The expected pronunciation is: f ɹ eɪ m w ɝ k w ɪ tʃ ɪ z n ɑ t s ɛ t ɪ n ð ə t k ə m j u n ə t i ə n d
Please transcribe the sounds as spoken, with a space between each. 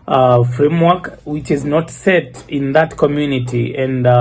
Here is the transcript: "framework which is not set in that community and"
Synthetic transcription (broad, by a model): f ɹ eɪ m w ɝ k w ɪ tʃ ɪ z n ɑ t s ɛ t ɪ n ð ə t k ə m j u n ə t i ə n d